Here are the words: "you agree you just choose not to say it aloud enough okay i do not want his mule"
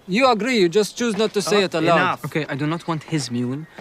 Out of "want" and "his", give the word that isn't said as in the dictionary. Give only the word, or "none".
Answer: none